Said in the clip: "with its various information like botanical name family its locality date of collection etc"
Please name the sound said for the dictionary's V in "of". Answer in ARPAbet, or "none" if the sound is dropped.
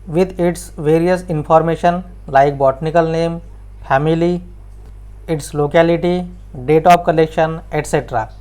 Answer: P